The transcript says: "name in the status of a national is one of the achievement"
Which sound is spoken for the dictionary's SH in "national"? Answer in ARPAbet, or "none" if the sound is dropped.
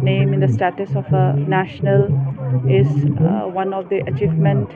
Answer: SH